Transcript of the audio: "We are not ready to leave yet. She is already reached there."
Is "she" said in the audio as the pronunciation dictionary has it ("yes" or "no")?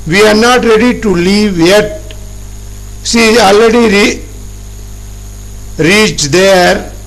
no